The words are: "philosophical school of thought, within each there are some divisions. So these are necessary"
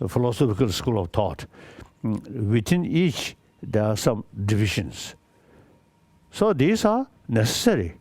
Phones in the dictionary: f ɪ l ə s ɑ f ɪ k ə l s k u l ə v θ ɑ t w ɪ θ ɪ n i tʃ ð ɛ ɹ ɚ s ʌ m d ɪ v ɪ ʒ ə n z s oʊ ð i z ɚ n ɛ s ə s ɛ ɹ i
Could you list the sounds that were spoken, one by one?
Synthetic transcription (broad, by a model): f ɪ l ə s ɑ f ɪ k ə l s k u l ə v t ɑ t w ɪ t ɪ n i tʃ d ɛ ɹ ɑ s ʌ m d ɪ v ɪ ʃ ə n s s oʊ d i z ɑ n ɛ s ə s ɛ ɹ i